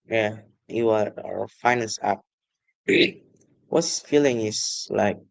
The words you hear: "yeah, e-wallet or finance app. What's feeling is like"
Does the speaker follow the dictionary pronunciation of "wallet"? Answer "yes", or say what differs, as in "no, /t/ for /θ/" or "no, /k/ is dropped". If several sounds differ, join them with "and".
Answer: no, /l/ is dropped